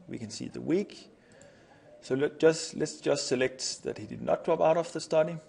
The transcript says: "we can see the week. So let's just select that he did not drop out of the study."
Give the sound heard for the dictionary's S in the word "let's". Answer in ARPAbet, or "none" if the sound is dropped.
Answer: S